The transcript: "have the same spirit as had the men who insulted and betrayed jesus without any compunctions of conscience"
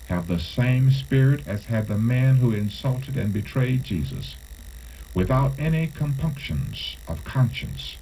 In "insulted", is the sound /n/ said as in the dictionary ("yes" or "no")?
yes